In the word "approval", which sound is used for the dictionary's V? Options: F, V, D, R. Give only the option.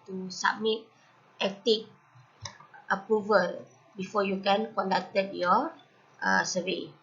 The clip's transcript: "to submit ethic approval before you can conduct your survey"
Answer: V